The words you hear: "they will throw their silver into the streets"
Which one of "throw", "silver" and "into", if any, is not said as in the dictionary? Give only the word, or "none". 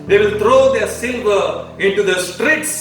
throw